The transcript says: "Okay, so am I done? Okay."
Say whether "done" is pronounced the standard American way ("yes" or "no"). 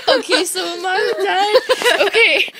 no